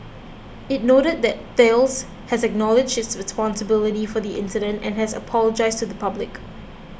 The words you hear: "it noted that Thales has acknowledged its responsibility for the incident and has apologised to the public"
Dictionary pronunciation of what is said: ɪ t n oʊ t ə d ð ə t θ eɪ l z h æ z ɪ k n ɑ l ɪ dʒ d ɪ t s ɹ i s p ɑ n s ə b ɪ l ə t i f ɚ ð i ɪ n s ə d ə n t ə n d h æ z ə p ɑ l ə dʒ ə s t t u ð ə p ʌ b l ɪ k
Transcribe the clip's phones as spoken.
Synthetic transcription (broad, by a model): ɪ t n oʊ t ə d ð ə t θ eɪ l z h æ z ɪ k n ɑ l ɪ dʒ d ɪ t s ɹ i s p ɑ n s ə b ɪ l ə t i f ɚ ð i ɪ n s ə d ə n t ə n h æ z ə p ɑ l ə dʒ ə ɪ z t u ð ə p ʌ b l ɪ k